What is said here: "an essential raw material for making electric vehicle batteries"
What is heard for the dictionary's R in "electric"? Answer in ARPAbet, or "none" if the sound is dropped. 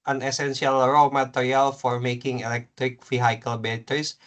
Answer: R